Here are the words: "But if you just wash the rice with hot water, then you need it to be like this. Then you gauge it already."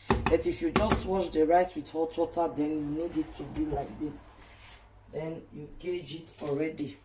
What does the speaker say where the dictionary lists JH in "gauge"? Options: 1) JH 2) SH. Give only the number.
1